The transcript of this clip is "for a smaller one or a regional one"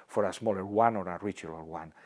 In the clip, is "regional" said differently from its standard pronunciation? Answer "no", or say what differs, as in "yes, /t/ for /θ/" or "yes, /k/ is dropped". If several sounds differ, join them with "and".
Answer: yes, /l/ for /n/